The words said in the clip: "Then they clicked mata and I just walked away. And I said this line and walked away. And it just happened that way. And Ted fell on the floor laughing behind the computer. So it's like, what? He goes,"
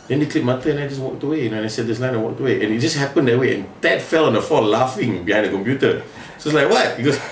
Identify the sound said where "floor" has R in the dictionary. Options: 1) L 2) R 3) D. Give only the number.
1